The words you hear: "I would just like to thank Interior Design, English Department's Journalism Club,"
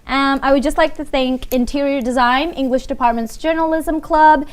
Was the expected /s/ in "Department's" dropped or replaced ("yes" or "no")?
no